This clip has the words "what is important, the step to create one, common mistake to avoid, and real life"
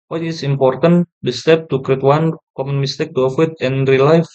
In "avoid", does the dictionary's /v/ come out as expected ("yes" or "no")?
no